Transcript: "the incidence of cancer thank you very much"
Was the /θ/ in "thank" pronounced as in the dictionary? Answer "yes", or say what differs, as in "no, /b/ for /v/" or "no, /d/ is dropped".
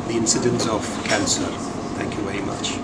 yes